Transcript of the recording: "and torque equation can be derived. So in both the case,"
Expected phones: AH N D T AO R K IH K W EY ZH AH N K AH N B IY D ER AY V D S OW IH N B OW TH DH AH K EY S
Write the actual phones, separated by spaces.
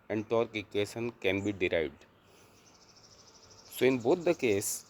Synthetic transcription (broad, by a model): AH N T AO R K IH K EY S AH N K AH N B IY D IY AY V D S OW IH N B OW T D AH K EY S